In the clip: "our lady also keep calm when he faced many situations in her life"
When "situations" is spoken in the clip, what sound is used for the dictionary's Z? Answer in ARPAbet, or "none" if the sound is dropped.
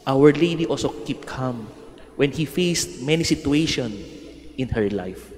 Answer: none